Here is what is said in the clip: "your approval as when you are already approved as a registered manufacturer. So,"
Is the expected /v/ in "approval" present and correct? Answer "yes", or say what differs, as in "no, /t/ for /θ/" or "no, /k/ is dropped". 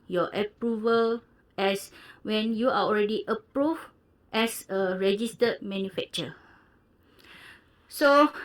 yes